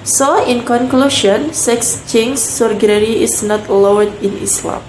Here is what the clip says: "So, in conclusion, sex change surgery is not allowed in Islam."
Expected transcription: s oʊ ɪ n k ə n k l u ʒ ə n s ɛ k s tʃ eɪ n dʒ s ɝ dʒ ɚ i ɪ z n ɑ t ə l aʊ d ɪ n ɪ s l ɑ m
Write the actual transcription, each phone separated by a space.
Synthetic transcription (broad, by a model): s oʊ ɪ n k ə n k l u ʃ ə n s ɛ k s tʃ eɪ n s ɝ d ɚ i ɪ s n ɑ t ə w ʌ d ɪ n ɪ s l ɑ m